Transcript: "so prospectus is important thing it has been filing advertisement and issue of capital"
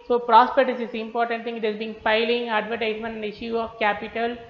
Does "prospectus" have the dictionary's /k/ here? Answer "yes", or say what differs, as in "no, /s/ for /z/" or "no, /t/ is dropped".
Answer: no, /k/ is dropped